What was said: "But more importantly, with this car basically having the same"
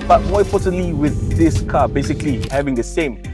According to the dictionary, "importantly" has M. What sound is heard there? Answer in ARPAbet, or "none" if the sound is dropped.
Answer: none